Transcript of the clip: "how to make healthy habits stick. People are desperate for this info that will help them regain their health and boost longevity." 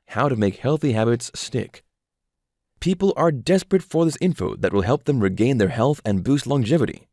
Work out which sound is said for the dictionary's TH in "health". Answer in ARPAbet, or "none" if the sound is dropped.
TH